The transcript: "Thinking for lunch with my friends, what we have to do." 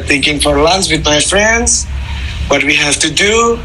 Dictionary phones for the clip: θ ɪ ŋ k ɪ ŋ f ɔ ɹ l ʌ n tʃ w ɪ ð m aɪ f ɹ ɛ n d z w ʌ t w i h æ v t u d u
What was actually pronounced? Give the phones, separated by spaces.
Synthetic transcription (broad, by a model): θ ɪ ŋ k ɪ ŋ f ɔ ɹ l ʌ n s w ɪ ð m aɪ f ɹ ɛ n d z w ʌ t w i h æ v t u d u